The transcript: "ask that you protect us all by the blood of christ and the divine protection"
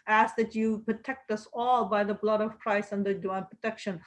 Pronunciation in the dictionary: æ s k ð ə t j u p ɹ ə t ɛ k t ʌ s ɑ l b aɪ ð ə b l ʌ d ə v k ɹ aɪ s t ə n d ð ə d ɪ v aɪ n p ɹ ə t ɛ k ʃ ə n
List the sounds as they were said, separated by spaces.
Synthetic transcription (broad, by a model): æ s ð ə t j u p ɹ ə t ɛ k t ʌ s ɑ l b aɪ ð ə b l ʌ d ə v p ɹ aɪ s ə n d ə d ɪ aɪ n p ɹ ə t ɛ k ʃ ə n